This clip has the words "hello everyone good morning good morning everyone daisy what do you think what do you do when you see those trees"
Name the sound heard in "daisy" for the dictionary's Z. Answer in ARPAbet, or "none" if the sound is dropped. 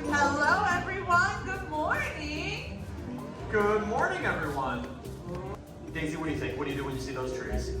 Z